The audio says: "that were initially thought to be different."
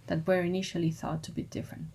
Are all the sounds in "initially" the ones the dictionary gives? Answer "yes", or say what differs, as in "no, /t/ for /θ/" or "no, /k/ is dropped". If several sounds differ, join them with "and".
yes